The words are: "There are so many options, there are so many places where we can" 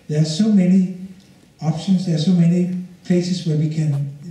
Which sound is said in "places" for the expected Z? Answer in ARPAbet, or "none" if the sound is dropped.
S